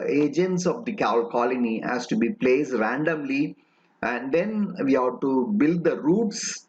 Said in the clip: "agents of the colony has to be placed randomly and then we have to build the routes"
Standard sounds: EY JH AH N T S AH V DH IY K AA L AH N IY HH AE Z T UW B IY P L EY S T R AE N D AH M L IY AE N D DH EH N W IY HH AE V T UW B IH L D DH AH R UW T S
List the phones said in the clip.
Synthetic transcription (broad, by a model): EY JH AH N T S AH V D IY K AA L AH L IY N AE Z T UW B IY P L EY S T R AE N D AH M L IY AE N D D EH N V IY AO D T UW B IH L D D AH R UW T S